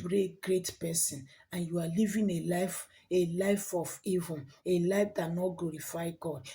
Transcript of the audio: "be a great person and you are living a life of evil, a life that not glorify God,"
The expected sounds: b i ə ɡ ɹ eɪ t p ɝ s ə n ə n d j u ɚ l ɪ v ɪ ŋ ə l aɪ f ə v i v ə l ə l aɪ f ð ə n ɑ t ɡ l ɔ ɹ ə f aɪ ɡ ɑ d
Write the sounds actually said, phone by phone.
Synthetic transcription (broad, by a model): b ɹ ə ɡ ɹ eɪ t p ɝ s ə n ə n j u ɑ l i v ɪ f ə l aɪ f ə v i v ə n ə l aɪ f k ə n ɑ t ɡ l ɔ ɹ ə f aɪ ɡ ɑ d